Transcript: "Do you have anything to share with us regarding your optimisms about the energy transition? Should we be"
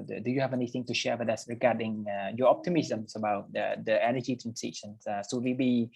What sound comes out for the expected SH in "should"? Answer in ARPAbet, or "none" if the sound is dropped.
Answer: S